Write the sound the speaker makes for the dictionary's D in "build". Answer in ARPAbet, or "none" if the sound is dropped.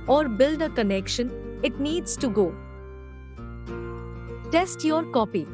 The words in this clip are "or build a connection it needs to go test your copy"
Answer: D